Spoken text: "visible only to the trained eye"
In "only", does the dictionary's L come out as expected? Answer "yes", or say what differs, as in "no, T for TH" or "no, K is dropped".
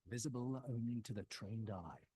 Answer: no, L is dropped